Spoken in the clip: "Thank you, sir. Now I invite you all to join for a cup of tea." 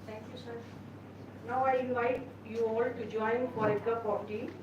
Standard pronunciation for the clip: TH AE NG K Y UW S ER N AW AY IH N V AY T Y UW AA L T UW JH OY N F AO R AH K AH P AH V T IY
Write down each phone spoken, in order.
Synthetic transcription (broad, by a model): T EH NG K Y UW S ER N AW AY IH N V AY T Y UW AA L T UW JH OY N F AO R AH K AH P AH P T IY